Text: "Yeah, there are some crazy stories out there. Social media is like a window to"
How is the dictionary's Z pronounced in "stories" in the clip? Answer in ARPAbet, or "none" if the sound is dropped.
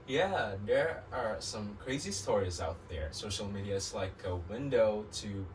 Z